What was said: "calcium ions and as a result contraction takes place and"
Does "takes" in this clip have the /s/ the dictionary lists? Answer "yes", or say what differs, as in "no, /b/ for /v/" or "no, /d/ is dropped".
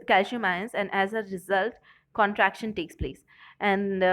yes